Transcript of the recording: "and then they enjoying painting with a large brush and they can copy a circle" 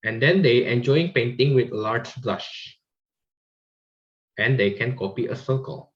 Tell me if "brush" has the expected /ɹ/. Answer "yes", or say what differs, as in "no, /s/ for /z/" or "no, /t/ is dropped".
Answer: no, /l/ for /ɹ/